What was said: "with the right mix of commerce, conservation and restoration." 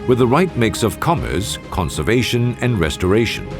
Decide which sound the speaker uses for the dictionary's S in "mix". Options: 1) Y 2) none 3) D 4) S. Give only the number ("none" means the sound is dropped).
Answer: 4